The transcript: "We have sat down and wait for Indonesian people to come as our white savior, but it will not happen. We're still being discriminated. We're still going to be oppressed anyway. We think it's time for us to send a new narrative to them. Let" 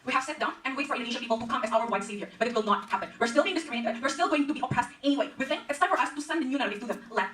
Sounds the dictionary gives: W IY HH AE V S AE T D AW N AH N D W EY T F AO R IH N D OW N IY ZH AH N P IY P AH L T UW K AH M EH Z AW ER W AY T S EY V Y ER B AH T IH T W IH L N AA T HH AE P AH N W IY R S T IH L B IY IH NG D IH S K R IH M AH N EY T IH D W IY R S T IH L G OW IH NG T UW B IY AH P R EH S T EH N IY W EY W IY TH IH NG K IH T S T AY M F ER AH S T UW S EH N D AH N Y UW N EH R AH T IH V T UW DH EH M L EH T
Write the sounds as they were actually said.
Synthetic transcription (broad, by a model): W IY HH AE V S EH T D AW N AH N W EY T F AO R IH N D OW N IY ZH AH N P IY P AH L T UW K AH M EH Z AW ER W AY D S EY V Y ER B AH T IH T W IH L N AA T HH AE P AH N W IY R S T IH L B IY IH NG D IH S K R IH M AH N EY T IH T W IY R S T IH L G OW IH NG T UW B IY AH P R EH S T EH N IY W EY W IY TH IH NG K IH T S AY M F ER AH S T UW S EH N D AH N Y UW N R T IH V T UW DH EH M L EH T